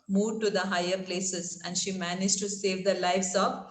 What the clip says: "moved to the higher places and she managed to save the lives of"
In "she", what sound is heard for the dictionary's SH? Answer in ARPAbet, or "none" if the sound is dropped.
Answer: SH